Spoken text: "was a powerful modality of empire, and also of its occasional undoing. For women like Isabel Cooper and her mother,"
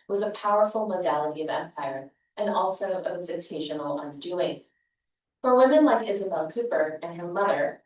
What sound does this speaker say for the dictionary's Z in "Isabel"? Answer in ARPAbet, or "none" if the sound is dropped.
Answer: Z